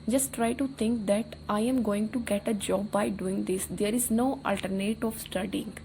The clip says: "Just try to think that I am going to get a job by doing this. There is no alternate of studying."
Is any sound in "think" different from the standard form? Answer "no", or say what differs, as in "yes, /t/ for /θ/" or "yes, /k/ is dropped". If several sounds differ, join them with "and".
yes, /t/ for /θ/